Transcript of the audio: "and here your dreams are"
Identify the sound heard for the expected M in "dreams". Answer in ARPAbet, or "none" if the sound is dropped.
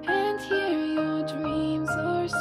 M